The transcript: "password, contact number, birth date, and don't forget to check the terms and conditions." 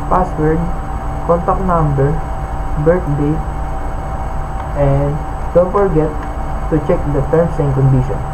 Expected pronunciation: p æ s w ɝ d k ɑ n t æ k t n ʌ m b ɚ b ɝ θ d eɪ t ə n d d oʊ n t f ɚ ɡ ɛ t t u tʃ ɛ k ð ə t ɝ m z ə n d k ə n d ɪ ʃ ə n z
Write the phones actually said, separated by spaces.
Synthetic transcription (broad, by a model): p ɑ s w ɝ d k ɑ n t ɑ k n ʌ m b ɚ b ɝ t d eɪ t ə n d d oʊ n t f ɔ ɡ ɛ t t u tʃ ɛ k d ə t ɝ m s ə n k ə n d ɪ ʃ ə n